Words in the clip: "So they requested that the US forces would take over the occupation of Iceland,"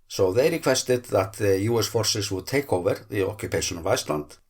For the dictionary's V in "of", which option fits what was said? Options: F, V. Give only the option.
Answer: V